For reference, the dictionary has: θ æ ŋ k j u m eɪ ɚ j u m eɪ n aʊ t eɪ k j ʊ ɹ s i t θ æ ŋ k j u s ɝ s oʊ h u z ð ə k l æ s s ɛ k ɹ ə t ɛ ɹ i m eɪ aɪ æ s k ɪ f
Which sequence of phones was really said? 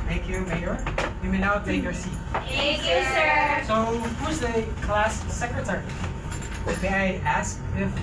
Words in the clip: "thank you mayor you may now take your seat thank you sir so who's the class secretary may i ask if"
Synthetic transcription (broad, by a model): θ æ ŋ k j u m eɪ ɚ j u m eɪ n aʊ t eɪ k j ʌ ɹ s i t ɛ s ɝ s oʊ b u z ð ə k l æ s s ɛ k ɹ ə t ɛ ɹ i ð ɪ aɪ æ s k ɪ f